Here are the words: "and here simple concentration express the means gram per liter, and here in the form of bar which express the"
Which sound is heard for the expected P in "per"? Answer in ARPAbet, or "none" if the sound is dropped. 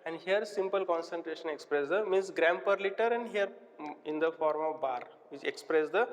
P